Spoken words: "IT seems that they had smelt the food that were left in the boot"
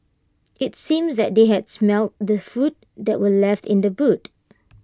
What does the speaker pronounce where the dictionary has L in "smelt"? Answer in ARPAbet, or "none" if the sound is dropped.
L